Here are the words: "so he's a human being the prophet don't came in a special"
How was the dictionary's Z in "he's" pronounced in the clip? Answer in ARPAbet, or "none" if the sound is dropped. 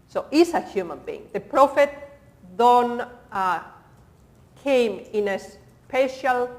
S